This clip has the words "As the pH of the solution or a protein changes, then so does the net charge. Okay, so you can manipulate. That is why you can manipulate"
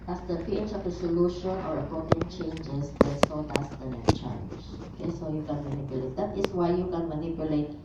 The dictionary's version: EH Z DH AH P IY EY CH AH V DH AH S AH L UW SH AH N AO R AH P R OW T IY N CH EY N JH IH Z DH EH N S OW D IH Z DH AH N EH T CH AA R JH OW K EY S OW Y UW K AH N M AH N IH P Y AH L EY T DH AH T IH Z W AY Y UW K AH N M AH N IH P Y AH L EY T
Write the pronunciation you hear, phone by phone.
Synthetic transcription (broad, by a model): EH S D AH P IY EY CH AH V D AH S AH L UW SH AH N AO R AH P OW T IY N CH EY N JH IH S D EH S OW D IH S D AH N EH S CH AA L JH OW K EY S OW Y UW K AH N M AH N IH P Y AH L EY T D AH T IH S W AY Y UW K AH N M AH N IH P Y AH L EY T